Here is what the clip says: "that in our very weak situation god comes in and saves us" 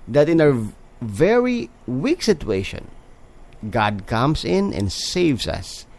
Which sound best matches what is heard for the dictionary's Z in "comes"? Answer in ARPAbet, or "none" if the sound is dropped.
S